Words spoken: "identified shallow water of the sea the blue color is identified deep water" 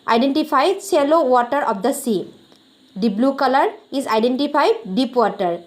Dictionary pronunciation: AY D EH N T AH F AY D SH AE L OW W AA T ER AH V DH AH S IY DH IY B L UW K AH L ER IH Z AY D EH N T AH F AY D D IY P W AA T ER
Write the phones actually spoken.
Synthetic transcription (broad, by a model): AY D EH N T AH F AY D S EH L OW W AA T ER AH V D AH S IY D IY B L UW K AH L ER IH Z AY D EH N T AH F AY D D IY P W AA T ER